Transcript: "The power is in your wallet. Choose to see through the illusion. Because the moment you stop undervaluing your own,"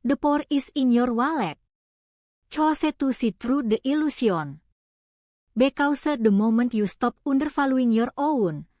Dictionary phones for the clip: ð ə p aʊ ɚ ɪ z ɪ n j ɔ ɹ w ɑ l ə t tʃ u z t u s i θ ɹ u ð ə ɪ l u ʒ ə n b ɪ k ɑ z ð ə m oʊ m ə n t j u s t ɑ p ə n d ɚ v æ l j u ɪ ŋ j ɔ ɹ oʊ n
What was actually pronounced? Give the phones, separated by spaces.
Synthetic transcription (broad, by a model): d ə p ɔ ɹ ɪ s ɪ n j ɔ ɹ w ɑ l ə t tʃ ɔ s t u s i t ɹ u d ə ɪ l u s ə n b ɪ k ɑ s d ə m oʊ m ə n t j u s t ɑ p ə n d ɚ f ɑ l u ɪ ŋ j ɔ ɹ oʊ n